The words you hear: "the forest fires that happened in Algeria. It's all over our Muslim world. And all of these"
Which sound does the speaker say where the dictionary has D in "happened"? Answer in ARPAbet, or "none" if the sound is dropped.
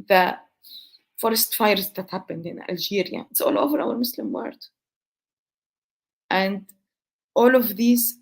D